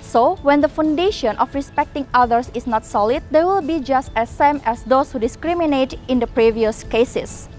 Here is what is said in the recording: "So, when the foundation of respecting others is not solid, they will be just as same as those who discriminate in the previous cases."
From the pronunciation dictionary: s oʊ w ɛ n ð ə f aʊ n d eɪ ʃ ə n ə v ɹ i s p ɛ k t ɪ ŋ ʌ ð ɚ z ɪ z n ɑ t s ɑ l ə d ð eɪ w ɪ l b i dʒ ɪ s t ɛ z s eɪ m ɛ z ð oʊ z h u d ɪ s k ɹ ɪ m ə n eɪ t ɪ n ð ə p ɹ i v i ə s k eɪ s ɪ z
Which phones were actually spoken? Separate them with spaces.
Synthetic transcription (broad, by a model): s oʊ w ɛ n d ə f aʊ n d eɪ ʃ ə n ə f ɹ i s p ɛ k t ɪ ŋ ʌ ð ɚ s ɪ s n ɑ t s ɑ l ə d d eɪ w ɪ l b i dʒ ɪ s t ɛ s eɪ m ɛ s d oʊ s h u d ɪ s k ɹ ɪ m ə n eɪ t ɪ n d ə p ɹ i v i ə s k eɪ s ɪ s